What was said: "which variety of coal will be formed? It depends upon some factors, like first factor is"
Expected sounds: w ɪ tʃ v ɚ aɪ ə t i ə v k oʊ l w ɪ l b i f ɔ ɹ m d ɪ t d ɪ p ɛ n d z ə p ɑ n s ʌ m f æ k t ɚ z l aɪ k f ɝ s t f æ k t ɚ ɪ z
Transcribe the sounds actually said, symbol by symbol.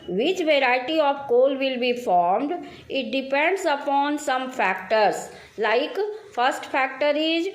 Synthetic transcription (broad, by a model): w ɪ tʃ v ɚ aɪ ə t i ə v k oʊ l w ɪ l b i f ɔ ɹ m d ɪ t d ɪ p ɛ n d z ə p ɑ n s ʌ m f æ k t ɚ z l aɪ k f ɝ s t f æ k t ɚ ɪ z